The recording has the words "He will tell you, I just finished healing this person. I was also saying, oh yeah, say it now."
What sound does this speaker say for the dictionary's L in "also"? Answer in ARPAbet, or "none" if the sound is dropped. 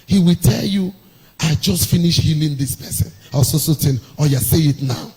none